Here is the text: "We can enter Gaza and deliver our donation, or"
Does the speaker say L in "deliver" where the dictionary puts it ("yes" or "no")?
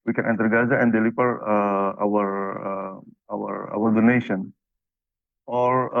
no